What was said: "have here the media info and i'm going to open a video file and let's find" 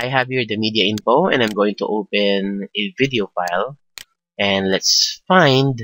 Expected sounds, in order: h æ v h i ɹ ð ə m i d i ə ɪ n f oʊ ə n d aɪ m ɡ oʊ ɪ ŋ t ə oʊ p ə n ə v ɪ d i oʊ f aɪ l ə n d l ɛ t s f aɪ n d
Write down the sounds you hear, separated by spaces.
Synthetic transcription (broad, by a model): h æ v h i ɹ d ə m i d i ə ɪ n f oʊ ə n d aɪ m ɡ oʊ ɪ ŋ t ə oʊ p ə n ə v ɪ d i oʊ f aɪ l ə n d l ɛ t s f aɪ n d